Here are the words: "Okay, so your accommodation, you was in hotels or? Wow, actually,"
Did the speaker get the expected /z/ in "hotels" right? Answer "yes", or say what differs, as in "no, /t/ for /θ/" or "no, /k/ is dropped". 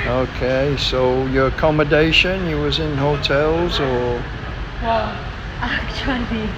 yes